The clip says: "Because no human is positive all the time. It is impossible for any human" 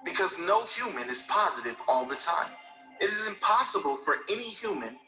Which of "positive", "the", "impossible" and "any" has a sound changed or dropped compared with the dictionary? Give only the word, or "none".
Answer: none